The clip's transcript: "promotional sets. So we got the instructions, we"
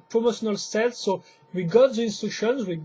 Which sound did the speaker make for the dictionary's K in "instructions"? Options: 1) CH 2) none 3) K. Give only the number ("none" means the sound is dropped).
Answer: 2